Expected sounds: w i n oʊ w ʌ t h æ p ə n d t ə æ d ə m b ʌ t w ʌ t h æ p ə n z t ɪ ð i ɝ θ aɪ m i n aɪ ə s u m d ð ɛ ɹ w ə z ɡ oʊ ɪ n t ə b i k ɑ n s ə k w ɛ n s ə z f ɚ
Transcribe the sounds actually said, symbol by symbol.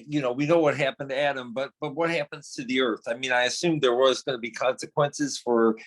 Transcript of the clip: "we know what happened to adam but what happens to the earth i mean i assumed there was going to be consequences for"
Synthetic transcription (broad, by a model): w i n oʊ w ʌ t h æ p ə n d t ə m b ə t b ʌ t w ʌ t h æ p ə n z t ɪ ð i ɝ θ aɪ m i n aɪ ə s u m ð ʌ ɹ w ə z ɡ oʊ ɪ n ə b i k ɑ n s ə k w ɛ n s ə z f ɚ